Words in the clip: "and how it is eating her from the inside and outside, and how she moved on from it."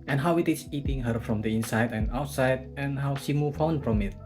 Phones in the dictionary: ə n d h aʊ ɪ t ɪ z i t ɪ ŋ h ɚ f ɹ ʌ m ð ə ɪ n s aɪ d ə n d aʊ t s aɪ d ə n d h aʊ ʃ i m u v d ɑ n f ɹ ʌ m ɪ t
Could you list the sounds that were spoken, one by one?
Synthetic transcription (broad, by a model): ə n h aʊ ɪ t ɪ s i t ɪ ŋ h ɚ f ɹ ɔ m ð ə ɪ n s aɪ d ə n aʊ t s aɪ d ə n h aʊ ʃ i m u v ɑ n f ɹ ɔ m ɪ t